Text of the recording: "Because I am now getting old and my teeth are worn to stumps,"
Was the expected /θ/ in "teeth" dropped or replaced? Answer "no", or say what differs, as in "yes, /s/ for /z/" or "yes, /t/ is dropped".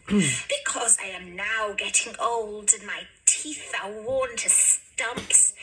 no